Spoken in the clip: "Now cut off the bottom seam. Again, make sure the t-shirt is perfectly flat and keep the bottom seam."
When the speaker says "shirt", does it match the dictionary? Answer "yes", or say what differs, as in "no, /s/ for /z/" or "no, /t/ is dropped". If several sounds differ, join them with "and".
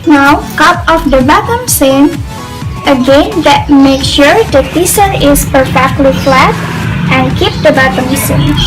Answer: no, /s/ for /ʃ/